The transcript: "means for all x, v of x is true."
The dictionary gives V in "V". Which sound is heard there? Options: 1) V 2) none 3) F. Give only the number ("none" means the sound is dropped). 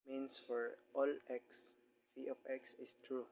3